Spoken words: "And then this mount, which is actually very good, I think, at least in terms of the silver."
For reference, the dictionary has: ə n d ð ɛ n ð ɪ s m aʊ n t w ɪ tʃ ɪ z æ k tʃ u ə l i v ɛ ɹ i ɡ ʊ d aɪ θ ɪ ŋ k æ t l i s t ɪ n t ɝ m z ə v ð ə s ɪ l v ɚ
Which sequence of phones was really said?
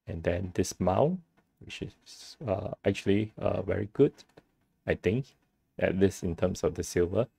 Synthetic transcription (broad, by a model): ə n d ɛ n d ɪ s m aʊ w ɪ tʃ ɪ s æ k tʃ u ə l i v ɛ ɹ i ɡ ʊ d aɪ t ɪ ŋ k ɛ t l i s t ɪ n t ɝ m s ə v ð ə s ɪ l v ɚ